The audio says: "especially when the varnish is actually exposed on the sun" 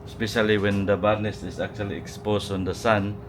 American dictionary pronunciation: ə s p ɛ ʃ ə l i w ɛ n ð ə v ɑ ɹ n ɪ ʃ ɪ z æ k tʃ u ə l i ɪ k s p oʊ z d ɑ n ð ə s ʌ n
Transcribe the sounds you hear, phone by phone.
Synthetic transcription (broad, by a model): s p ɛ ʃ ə l i w ɛ n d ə b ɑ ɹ n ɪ s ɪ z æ k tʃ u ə l i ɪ k s p oʊ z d ɑ n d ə s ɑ n